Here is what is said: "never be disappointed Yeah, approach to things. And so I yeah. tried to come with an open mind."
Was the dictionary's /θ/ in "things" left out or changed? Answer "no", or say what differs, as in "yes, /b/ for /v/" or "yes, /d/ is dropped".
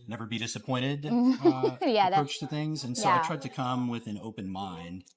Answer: no